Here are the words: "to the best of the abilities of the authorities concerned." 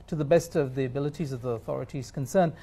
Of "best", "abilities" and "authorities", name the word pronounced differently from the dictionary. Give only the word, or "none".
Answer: none